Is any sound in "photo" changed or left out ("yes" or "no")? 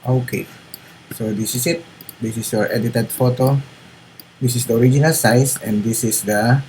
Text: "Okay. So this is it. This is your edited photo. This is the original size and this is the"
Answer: no